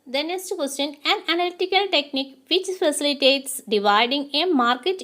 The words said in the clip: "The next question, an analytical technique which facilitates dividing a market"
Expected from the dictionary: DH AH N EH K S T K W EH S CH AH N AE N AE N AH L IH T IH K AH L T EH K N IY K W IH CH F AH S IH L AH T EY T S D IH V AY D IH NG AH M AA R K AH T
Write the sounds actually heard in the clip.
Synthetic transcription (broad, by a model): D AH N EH S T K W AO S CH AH N AE N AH N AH L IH T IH K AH L T EH K N IY K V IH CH F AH S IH L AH T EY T S D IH V AY D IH NG AH M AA R K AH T